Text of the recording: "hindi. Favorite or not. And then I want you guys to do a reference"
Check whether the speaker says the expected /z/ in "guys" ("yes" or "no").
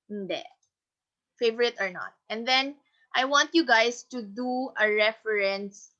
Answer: no